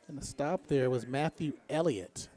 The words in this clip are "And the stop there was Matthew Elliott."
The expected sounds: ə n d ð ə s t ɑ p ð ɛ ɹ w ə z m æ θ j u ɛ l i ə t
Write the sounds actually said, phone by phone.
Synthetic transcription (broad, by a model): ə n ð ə s t ɑ p ð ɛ ɹ w ə z m æ θ j u ɛ l i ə t